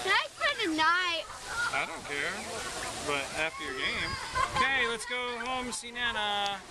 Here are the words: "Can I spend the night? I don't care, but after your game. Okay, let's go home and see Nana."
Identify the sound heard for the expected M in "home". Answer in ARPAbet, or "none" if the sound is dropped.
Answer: none